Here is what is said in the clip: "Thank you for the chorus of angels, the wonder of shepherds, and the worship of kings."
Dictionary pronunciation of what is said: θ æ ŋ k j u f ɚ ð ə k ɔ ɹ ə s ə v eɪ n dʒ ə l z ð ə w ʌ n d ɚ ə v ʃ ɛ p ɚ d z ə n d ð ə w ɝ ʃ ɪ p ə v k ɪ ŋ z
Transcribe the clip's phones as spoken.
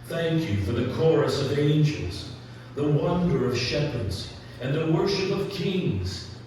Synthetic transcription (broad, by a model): θ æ ŋ k j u f ɚ ð ə k ɔ ɹ ə s ə v eɪ n dʒ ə l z ð ə w ʌ n d ɚ ə v ʃ ɛ p ɚ d z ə n ð ə w ɝ ʃ ɪ p ə v k ɪ ŋ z